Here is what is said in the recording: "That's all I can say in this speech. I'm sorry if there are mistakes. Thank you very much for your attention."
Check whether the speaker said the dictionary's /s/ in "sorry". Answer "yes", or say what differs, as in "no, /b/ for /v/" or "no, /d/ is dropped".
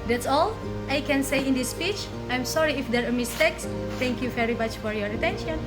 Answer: yes